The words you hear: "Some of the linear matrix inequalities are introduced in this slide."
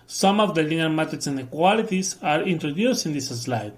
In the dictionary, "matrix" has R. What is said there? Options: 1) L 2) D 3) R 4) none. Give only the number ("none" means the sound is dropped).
4